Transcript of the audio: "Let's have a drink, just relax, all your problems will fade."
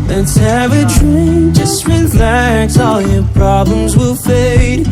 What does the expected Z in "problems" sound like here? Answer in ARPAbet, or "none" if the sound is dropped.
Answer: Z